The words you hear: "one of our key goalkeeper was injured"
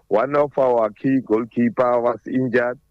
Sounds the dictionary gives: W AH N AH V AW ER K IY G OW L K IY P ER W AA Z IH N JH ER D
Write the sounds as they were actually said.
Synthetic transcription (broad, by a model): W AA N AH F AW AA K IY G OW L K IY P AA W AA S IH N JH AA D